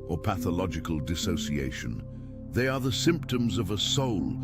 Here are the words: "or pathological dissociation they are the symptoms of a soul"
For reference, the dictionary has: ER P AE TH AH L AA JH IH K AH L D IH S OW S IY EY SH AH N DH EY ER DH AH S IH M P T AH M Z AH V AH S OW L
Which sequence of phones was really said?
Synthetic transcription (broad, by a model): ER P AE TH AH L AA JH IH K AH L D IH S OW S IY EY SH AH N DH EY ER DH AH S IH M P T AH M Z AH V AH S OW L